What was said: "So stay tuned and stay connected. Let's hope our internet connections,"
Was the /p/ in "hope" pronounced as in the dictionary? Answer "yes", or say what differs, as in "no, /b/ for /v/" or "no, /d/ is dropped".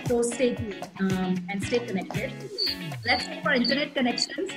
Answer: no, /f/ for /p/